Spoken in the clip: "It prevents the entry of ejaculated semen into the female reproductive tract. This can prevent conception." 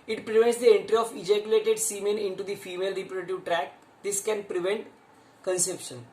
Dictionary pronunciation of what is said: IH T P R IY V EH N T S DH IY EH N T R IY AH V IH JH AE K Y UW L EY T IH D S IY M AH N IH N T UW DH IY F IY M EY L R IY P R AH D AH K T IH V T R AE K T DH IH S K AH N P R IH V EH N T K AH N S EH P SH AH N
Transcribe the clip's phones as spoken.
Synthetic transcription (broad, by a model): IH T P R IY V EH N T S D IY EH N T R IY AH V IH JH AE K Y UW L EY T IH D S IY M AH N IH N T UW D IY F IY M EY L R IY P AH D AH T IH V T R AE K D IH S K AH N P R IH V EH N T K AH N S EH P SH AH N